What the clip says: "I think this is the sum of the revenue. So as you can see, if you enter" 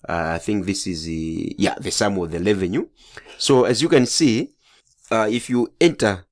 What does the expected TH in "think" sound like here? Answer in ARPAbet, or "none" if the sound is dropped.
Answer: TH